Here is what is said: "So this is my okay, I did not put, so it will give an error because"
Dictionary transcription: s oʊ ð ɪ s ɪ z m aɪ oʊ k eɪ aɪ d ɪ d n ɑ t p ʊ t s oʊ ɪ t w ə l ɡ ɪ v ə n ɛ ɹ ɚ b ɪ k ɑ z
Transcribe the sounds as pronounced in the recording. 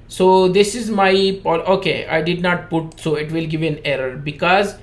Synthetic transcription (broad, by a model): s oʊ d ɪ s ɪ z m aɪ oʊ k eɪ aɪ d ɪ d n ɑ t p ʊ t s oʊ ɪ t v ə l ɡ ɪ v ə n ɛ ɹ ɚ b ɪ k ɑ z